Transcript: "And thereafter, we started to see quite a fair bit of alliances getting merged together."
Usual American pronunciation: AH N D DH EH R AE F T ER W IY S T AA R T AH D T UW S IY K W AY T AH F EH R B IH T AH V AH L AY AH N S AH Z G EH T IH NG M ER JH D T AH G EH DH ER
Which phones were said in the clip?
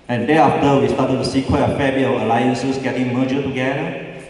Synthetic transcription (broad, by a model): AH N D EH AA F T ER W IY S T AA T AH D T UW S IY K W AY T AH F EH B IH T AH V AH L AY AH N S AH S G EH T IH NG M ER JH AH T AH G EH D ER